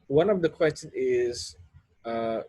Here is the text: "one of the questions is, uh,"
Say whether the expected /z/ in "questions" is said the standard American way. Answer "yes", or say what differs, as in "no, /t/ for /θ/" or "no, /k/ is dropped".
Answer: no, /z/ is dropped